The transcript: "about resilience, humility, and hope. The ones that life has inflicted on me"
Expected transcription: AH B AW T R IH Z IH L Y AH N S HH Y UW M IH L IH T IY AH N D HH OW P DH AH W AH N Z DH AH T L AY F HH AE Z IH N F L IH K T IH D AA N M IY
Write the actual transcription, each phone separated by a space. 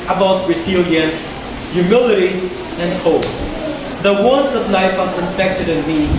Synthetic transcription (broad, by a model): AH B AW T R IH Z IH L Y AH N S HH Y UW M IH L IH T IY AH N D HH OW P DH AH W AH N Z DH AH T L AY F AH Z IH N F EH K T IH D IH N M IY